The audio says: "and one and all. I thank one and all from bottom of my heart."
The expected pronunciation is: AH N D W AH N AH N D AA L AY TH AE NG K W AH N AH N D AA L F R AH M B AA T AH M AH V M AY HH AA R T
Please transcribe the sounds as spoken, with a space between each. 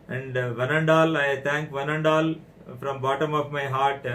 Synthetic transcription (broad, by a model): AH N D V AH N AH N D AA L AY T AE NG K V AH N AH N D AA L F R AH M B AA T AH M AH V M AY HH AA R T